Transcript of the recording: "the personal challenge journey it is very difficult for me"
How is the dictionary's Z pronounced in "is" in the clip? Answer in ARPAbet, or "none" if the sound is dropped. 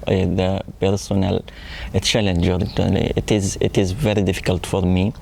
Z